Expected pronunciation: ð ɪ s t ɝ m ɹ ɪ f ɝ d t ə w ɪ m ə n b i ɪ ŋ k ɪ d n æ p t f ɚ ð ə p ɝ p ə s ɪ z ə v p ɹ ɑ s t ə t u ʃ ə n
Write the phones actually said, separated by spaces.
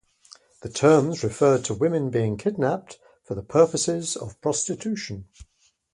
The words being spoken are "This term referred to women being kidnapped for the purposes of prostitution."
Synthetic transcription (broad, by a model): ð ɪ t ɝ m ɹ ɪ f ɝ d t ə w ɪ m ə n b i ɪ ŋ k ɪ d n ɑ p t f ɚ ð ə p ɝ p ə s ɪ z ə v p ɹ ɑ s t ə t u ʃ ə n